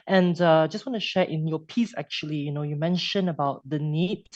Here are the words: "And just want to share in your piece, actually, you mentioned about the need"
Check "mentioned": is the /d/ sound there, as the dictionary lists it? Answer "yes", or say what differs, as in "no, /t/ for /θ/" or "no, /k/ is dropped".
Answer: no, /d/ is dropped